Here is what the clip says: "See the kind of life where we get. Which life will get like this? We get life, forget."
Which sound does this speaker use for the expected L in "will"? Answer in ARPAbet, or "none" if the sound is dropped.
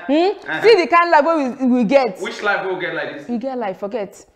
W